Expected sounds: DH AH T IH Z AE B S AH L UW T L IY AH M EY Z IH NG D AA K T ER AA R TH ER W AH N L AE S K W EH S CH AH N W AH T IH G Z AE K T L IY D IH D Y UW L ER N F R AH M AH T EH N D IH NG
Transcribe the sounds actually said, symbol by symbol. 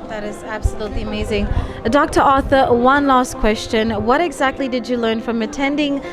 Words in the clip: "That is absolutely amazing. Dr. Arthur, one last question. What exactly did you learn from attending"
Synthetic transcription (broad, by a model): DH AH T IH Z AE B S AH L UW T L IY AH M EY Z IH NG D AA K T ER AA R TH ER W AH N L AE S K W EH S CH AH N W AH T IH G Z AE K T L IY D IH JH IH L ER N F R AH M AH T EH N D IH NG